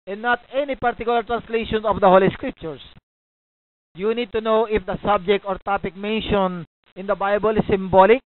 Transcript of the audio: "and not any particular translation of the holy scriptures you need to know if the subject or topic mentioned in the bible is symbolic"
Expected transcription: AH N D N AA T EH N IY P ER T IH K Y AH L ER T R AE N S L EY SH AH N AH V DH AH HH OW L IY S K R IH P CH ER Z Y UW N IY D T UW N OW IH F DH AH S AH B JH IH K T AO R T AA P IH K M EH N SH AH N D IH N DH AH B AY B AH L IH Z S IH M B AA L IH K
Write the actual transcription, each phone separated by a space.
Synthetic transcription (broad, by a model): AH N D N AA T EH N IY P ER T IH K Y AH L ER T R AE N S L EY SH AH N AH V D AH HH OW L IY S K R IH P CH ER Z Y UW N IY D T UW N OW IH F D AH S AH B JH IH K T AO R T AA P IH K M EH N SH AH N IH N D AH B AY B AH L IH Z S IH M B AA L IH K